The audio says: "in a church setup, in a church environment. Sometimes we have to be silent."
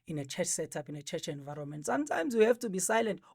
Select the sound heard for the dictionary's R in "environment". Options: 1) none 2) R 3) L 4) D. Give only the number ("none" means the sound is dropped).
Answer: 2